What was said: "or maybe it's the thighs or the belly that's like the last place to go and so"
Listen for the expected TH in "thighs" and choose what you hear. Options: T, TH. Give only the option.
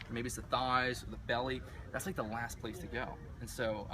TH